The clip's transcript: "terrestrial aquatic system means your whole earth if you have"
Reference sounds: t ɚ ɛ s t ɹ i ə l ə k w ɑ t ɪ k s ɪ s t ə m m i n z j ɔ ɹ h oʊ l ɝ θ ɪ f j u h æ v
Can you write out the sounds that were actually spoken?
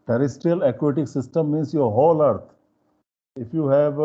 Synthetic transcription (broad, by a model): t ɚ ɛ s t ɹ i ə l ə k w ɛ t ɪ k s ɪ s t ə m m i n s j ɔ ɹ h oʊ l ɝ t ɪ f j u h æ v